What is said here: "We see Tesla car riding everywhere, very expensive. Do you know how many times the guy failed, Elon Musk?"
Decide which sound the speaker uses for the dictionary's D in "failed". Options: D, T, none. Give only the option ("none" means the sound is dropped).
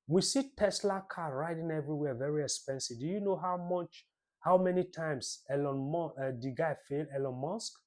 none